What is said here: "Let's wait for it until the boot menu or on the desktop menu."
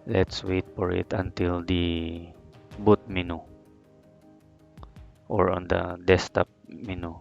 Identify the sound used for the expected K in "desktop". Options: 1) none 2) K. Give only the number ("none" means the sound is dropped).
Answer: 1